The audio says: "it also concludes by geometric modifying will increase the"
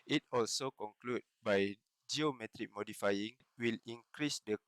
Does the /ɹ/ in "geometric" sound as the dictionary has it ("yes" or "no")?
yes